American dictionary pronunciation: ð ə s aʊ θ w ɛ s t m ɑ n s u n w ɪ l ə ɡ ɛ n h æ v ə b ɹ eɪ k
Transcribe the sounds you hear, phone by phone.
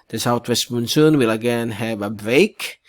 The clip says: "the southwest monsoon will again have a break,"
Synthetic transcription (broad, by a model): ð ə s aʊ t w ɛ s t m ɑ n s u n w ɪ l ə ɡ ɛ n h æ v ə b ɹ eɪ k